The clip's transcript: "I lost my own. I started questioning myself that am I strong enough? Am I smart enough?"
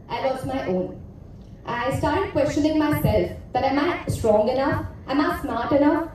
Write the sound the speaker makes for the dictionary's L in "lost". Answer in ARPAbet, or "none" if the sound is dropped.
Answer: W